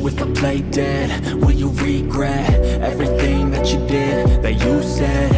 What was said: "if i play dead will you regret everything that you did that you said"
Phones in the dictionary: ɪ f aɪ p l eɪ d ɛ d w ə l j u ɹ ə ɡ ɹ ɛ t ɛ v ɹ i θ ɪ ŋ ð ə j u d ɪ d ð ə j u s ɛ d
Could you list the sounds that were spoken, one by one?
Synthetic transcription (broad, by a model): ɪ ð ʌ p l eɪ d ɛ d w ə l j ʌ ɹ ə ɡ ɹ ɛ t ɛ v ɹ i θ ɪ ŋ ð ə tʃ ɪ d ɪ d ð ə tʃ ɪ s ɛ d